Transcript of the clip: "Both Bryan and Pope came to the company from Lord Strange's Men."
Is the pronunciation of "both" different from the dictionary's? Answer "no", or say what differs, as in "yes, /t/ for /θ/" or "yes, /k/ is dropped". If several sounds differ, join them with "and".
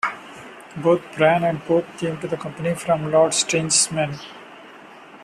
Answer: yes, /t/ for /θ/